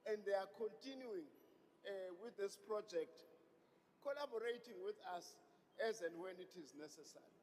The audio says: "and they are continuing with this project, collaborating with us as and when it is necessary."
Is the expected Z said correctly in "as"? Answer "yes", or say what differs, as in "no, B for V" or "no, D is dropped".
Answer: yes